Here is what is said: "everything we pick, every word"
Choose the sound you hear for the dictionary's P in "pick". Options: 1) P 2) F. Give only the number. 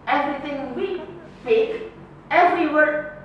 2